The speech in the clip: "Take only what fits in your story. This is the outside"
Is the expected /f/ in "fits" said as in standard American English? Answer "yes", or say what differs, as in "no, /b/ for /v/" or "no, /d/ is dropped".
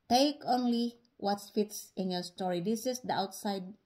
yes